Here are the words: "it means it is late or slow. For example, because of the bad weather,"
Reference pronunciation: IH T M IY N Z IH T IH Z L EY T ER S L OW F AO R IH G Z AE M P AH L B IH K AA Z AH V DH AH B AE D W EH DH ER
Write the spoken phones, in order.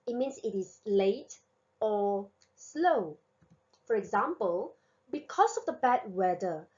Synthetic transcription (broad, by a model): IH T M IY N S IH T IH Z L EY T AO S L OW F AO R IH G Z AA M P AH L B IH K AA S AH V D AH B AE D W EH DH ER